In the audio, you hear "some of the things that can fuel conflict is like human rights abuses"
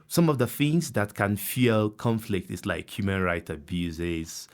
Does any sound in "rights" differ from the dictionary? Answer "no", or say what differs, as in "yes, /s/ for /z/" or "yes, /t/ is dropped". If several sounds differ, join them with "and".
yes, /s/ is dropped